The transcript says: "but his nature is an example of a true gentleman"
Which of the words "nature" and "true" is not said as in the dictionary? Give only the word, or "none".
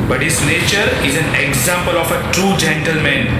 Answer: none